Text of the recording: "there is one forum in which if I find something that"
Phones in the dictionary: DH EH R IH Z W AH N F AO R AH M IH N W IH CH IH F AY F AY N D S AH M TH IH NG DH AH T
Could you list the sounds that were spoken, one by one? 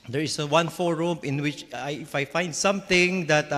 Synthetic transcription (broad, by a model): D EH R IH S W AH N F AO R AH M IH N W IH CH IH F AY F AY N D S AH M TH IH NG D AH T